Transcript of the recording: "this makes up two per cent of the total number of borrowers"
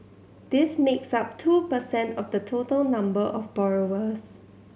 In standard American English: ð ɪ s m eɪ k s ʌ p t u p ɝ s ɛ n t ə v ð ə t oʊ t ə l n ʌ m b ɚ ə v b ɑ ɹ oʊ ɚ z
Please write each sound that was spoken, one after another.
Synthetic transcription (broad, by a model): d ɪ s m eɪ k s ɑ p t u p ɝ s ɛ n t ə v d ə t oʊ t ə l n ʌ m b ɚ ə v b ɑ ɹ oʊ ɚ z